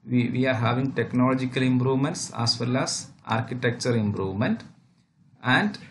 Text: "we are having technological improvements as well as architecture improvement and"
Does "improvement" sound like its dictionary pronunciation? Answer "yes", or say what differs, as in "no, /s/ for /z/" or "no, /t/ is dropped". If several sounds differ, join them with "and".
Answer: yes